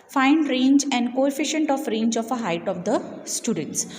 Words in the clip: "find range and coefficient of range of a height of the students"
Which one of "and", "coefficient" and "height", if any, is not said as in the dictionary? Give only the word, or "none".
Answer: none